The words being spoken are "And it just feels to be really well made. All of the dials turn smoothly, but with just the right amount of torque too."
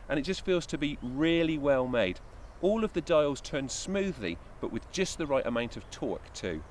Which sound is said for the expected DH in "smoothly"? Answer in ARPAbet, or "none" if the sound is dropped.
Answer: DH